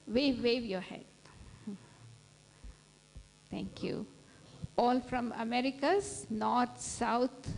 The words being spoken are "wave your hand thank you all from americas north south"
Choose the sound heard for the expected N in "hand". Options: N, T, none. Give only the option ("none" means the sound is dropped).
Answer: none